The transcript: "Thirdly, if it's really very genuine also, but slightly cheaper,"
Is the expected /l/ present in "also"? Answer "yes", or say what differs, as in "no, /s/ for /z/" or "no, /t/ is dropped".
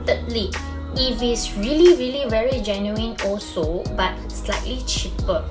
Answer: yes